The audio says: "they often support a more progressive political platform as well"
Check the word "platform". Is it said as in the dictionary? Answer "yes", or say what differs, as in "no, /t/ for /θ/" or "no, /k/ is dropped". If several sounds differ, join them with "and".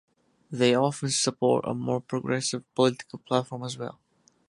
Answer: yes